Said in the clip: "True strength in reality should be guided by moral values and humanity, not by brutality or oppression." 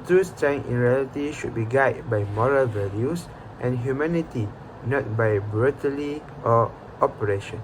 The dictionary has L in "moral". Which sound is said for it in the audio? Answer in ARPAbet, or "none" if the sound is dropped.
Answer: L